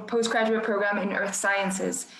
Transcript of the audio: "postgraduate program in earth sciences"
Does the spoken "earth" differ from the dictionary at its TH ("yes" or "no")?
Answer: no